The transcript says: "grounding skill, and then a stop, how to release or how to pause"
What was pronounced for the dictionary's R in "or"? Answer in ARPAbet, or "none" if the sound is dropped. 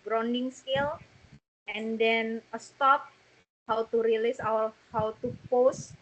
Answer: W